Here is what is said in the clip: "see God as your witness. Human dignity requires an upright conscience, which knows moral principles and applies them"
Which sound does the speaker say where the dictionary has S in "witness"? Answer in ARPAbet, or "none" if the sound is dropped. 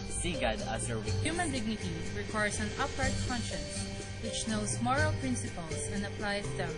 none